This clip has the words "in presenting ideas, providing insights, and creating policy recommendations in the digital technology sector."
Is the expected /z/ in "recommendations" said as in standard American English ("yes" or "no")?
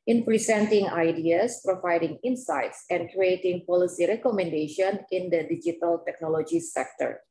no